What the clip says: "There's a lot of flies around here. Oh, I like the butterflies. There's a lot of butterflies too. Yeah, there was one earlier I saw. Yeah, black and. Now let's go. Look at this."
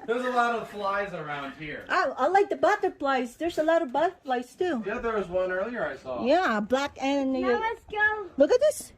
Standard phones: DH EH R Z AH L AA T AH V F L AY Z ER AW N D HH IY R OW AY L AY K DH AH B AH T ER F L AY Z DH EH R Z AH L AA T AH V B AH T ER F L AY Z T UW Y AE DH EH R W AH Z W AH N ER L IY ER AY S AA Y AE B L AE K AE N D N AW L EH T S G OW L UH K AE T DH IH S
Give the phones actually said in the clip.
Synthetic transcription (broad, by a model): DH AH R Z AH L AA T AH V F L AY Z ER AW N D HH IY R OW AY L AY K DH AH B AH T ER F L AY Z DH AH R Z AH L AA T AH V B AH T ER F L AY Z T UW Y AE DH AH R W AH Z W AH N ER L IY ER AY S AA Y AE B L AE K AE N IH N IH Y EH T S G OW L UH K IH T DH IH S